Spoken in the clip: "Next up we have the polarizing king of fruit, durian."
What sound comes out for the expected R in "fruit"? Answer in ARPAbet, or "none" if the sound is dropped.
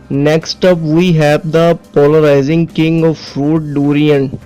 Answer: R